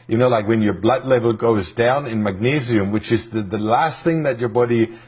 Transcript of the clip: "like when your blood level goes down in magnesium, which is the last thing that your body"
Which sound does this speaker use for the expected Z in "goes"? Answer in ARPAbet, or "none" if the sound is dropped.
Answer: Z